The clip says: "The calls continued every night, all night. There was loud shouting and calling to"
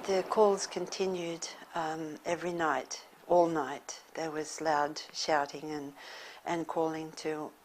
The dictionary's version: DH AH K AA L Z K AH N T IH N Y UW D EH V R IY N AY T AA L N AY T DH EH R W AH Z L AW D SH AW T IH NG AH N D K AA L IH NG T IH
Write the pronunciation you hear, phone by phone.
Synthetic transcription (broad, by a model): DH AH K AA L Z K AH N T IH N Y UW D EH V R IY N AY T AA L N AY T DH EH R W AH Z L AW D SH AW T IH NG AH N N K AA L IH NG T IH